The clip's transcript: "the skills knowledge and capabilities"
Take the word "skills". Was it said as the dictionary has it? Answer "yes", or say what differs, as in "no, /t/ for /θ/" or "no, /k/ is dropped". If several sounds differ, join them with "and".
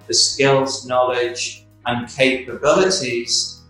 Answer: yes